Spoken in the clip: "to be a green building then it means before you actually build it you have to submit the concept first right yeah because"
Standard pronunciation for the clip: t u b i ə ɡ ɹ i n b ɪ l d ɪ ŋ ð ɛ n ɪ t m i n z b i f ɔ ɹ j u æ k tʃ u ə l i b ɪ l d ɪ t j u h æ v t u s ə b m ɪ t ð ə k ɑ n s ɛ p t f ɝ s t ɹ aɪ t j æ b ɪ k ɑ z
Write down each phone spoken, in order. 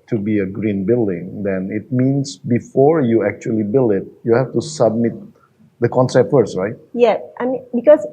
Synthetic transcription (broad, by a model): t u b i ə ɡ ɹ i n b ɪ l d ɪ ŋ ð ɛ n ɪ t m i n s b i f ɔ ɹ j u æ k tʃ u ə l i b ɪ l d ɪ t j u h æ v t u s ə b m ɪ t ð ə k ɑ n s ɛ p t f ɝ s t ɹ aɪ t j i b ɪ k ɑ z